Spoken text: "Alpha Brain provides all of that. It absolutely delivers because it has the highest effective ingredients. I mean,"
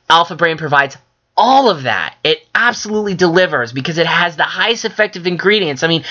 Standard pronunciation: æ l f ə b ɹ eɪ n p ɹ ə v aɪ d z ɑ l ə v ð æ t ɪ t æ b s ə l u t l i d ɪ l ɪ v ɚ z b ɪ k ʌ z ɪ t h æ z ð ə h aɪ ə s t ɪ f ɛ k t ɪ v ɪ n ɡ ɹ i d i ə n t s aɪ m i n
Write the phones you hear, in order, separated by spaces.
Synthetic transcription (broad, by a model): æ l f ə b ɹ eɪ n p ɹ ə v aɪ d z ɑ l ə v ð æ t ɪ t æ b s ə l u t l i d ɪ l ɪ v ɚ z b ɪ k ʌ z ɪ t h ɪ z ð ə h aɪ ə s t ɪ f ɛ k t ɪ v ɪ n ɡ ɹ i d i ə n s aɪ m i n